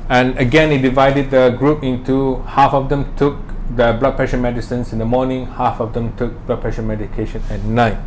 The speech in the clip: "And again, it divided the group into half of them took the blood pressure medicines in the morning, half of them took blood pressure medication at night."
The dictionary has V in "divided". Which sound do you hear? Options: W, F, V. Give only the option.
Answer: V